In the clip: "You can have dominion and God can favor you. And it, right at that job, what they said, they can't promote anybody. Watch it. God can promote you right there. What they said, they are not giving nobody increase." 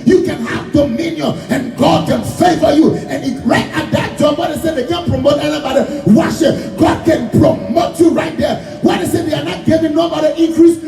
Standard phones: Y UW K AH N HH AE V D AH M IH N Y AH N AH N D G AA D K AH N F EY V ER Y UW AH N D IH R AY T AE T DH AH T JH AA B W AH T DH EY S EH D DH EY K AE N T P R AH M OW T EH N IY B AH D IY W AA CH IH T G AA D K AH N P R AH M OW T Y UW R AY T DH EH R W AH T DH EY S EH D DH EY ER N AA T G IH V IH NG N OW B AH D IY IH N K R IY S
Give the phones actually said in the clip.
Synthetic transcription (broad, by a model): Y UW K AH N HH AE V D AH M IH N Y AH N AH N G AA D K AH N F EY F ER Y UW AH N IH R AY T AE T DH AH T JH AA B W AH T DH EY S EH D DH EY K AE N P R AH M OW T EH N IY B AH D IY W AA SH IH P G AA D K AH N P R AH M OW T Y UW R AY T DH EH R W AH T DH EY S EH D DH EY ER N AA T G IH V IH NG N OW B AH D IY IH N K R IY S